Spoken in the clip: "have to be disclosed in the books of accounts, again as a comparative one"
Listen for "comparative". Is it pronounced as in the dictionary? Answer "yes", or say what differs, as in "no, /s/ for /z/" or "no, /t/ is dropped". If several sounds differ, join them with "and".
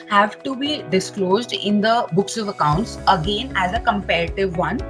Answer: yes